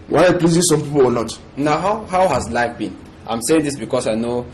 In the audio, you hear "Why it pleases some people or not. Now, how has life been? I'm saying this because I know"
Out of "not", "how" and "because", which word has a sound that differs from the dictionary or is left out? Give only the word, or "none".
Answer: because